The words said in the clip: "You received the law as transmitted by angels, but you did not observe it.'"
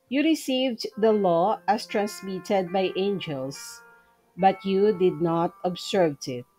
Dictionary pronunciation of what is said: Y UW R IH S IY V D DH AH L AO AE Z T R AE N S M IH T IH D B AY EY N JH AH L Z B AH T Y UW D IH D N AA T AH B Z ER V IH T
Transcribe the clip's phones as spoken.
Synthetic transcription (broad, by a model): Y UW R IH S IY V D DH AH L AO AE S T R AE N S M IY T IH D B AY EY N JH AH L S B AH T Y UW D IH D N AA T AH B S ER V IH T